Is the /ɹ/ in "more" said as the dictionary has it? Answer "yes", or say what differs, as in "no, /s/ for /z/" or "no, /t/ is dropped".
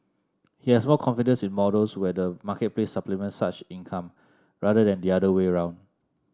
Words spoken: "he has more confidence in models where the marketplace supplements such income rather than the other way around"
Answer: no, /l/ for /ɹ/